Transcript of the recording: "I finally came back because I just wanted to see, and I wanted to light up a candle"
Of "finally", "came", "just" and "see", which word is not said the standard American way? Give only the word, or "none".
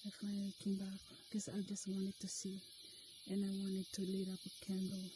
finally